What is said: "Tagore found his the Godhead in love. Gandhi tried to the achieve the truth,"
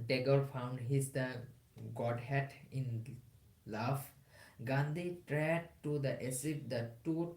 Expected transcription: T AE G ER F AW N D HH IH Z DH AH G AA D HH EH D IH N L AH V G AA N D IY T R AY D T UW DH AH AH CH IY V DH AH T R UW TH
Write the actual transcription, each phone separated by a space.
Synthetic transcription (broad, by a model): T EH G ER F AW N D HH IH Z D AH G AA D HH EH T IH N L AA F G AA N D IY T R AY D T UW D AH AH S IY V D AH T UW